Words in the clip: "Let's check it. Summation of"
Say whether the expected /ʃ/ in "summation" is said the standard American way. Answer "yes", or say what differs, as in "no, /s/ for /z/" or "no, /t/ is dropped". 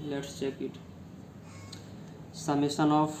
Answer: no, /s/ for /ʃ/